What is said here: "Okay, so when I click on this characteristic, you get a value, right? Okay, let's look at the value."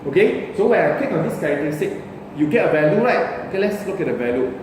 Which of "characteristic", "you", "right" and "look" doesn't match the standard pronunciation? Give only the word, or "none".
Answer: characteristic